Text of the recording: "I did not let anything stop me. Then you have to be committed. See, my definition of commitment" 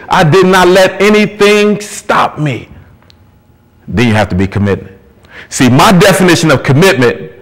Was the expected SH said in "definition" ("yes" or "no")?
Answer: yes